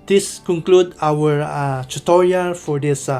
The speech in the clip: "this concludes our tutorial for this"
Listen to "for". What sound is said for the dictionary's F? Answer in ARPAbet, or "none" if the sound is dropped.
F